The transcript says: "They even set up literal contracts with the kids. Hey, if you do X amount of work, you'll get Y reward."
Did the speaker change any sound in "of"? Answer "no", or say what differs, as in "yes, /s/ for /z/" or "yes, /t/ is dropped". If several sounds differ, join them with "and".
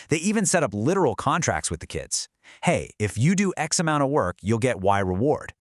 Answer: no